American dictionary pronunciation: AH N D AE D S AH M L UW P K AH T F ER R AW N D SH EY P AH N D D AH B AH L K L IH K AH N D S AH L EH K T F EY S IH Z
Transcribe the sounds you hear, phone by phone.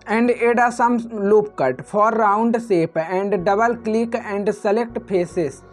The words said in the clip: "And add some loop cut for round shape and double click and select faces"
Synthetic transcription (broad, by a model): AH N D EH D S AH M L UW P K AH T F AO R AW N D S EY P AH N D D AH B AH L K L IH K AH N D S AH L EH K T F EY S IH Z